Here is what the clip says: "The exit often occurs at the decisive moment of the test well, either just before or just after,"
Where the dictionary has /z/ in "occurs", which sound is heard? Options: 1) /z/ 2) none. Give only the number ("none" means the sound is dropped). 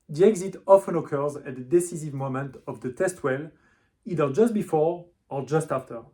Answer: 1